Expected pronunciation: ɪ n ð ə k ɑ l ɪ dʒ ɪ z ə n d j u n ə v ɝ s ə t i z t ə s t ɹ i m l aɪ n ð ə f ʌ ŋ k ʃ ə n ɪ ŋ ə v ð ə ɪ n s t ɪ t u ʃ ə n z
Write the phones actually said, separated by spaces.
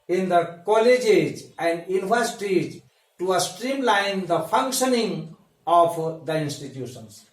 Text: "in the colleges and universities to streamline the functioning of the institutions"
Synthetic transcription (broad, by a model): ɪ n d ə k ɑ l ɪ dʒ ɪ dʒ ə n d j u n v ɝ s t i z t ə s t ɹ i m l aɪ n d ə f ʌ ŋ k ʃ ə n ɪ ŋ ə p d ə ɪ n s t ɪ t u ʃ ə n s